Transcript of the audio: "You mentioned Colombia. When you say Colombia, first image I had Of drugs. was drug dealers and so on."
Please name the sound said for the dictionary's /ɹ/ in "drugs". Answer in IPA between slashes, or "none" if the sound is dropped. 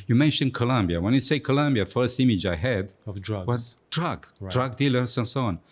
/w/